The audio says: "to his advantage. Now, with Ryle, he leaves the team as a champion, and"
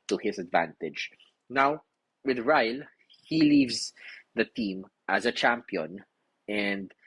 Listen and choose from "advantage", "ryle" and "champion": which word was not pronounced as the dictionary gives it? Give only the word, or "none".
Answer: none